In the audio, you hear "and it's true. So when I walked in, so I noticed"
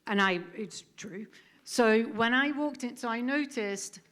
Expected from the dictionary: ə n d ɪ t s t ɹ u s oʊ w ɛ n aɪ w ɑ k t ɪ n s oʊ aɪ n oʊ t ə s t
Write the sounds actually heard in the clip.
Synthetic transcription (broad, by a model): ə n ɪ ɪ t s t ɹ u s oʊ w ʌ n aɪ w ɑ k t ɪ n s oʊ aɪ n oʊ t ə s t